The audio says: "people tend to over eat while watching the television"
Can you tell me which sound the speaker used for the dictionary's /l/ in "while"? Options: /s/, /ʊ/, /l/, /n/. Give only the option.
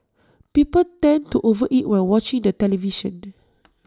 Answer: /n/